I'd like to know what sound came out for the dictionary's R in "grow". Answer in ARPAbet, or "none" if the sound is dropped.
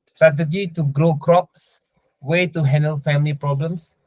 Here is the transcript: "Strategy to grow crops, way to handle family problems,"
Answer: R